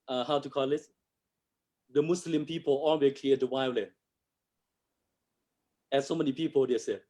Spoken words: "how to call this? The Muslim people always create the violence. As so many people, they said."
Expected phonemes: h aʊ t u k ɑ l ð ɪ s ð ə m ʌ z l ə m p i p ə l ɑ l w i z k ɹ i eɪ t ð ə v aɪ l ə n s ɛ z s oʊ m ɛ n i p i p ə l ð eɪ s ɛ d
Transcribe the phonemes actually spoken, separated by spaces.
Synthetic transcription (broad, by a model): h aʊ t u k ɑ l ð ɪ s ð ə m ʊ s l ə m p i p ə l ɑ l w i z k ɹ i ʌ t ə w aɪ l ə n ɛ s oʊ m ɛ n i p i p ə l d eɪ s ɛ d